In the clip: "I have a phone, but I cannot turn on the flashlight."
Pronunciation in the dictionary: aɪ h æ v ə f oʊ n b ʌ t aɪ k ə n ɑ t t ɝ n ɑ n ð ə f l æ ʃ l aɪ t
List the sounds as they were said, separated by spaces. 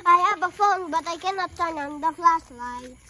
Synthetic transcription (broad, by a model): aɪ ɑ b ə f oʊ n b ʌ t aɪ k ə n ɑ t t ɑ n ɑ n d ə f l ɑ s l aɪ